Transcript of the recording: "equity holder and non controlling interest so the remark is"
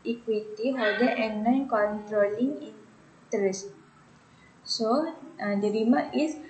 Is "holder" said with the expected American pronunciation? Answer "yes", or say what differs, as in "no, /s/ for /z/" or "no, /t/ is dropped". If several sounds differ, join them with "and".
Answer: no, /l/ is dropped